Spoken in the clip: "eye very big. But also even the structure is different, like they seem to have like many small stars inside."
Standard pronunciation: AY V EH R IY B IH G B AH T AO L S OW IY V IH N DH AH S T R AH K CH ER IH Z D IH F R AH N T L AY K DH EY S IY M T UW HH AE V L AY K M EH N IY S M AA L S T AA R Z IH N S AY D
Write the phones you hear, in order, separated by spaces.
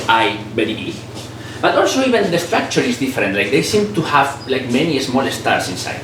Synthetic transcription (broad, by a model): AY B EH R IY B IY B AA T AO L S OW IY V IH N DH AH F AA K CH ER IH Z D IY F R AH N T L AY K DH EY S IY M T UW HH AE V L AY K M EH N IY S M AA L S T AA R S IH N S AY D